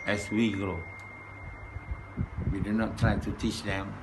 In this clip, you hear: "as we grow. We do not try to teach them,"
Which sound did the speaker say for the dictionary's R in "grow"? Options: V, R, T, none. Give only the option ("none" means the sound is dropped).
none